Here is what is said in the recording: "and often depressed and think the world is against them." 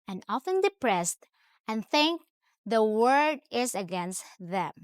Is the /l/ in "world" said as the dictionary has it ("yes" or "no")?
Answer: no